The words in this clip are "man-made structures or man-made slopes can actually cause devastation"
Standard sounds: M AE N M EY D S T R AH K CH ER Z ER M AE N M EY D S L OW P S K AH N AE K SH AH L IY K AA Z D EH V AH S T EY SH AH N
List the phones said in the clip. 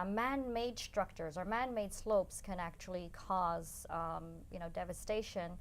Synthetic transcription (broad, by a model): M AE N M EY D S T R AH K CH ER Z ER M AE N M EY D S L OW P S K AH N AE K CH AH L IY K AA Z D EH V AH S T EY SH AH N